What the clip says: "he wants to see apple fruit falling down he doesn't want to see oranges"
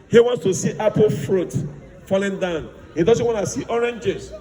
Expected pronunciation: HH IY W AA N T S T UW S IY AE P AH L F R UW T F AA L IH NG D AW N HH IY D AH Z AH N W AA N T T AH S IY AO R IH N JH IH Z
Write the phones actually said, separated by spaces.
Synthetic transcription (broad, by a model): HH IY W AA N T S T UW S IY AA P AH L F R UW T F AA L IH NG D AW N HH IY D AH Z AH N W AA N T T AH S IY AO R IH N JH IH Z